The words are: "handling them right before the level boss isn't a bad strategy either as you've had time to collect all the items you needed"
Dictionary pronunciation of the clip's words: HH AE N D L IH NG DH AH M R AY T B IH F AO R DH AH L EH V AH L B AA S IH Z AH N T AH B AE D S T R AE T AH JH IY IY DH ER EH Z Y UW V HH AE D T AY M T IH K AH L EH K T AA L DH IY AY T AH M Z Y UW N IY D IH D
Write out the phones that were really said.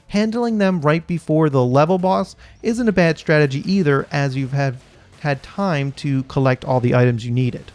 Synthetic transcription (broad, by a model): HH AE N D L IH NG DH AH M R AY T B IH F AO R DH AH L EH V L B AA S IH Z AH N T AH B AE D S T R AE T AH JH IY IY DH ER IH Z Y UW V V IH D T AY M T IH K AH L EH K T AA L DH IY AY T AH M Z Y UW N IY D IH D